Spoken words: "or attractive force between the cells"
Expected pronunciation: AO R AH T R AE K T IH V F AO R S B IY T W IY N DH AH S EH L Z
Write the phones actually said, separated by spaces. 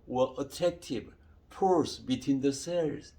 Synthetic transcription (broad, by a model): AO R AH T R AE K T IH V P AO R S B IY T W IY N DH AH S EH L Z